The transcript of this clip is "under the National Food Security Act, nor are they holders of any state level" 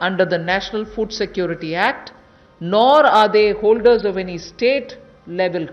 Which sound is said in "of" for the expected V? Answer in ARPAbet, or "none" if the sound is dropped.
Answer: V